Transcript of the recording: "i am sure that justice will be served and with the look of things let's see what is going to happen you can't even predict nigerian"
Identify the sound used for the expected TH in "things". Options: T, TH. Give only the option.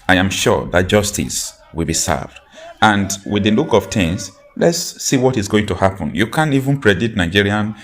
T